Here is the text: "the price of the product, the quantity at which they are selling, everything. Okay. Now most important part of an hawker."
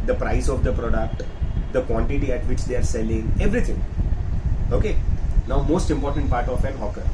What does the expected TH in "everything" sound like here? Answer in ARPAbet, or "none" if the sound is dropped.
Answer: T